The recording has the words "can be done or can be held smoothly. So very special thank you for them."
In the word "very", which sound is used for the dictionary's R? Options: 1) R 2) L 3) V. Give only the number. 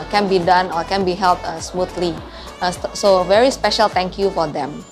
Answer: 1